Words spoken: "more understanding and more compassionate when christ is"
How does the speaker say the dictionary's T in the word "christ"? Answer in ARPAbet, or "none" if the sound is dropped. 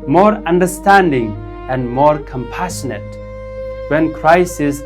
none